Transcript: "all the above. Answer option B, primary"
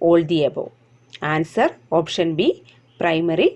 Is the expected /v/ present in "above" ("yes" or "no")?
no